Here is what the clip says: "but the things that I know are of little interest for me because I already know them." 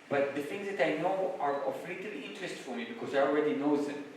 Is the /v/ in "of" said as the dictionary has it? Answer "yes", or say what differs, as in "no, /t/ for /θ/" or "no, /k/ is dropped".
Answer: no, /f/ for /v/